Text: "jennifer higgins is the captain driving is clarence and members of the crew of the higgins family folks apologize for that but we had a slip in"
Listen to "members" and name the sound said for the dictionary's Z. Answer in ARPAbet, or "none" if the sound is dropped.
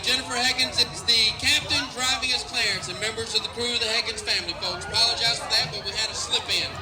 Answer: Z